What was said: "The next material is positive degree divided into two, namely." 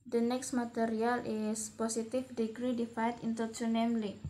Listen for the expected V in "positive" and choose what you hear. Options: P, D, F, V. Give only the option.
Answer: F